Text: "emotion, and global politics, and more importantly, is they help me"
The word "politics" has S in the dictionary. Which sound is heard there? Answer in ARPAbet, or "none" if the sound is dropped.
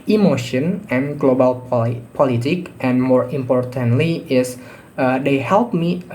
none